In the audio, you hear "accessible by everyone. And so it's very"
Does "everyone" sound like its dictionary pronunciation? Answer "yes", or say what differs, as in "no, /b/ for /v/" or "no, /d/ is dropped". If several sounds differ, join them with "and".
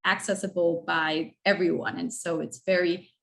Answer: yes